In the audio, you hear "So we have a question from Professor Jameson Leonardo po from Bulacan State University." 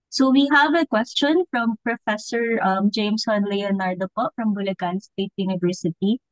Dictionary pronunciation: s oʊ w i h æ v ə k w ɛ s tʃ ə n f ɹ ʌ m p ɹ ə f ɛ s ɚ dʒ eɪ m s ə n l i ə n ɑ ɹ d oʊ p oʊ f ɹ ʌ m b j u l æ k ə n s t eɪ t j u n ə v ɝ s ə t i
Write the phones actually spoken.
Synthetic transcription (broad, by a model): s oʊ w i h æ v ə k w ɛ s tʃ ə n f ɹ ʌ m p ɹ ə f ɛ s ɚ dʒ eɪ m s ə n l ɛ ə n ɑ ɹ d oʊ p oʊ f ɹ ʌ m b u l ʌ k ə n s t eɪ t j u n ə v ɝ s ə t i